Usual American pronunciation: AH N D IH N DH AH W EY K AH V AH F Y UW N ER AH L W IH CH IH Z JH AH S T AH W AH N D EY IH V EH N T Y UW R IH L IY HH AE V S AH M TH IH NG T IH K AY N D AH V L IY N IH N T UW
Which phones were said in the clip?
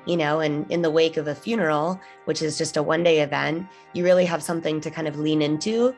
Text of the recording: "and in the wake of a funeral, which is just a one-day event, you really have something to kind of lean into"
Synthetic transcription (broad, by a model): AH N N IH N DH AH W EY K AH V AH F Y UW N ER L W IH CH IH Z JH AH S T AH W AH N D EY IH V EH N T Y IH R IH L IY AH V S AH M TH IH NG T IH K AY N D AH V L IY N IH N T UW